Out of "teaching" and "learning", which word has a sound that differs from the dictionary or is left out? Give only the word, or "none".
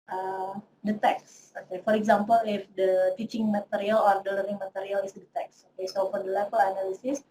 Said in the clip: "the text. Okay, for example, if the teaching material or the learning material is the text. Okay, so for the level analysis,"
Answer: learning